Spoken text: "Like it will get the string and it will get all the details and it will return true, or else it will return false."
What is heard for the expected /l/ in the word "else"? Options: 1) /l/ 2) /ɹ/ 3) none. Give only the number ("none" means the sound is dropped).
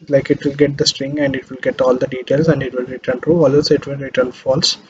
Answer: 3